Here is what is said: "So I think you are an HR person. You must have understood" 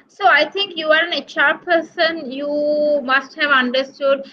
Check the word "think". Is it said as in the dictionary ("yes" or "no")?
no